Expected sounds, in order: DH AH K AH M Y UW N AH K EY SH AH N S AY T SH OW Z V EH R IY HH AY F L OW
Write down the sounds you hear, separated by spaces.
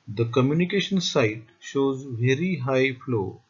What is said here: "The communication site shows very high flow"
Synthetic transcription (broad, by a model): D AH K AH M Y UW N AH K EY SH AH N S AY T SH OW Z V EH R IY HH AY F L OW